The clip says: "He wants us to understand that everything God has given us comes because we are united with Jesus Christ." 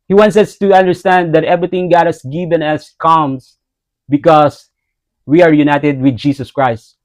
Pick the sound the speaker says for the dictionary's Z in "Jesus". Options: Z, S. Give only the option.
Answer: S